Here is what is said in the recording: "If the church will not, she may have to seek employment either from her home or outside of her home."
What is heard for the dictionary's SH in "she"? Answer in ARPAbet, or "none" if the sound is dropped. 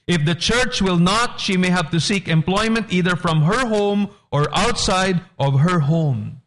SH